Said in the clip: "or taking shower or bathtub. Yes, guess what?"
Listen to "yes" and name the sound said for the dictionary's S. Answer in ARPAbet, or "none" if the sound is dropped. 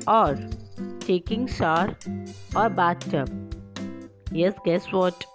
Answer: S